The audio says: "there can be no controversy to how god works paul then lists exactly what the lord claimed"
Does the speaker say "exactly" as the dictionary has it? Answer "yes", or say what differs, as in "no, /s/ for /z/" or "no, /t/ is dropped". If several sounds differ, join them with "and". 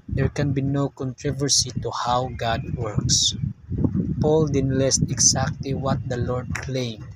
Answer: no, /s/ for /z/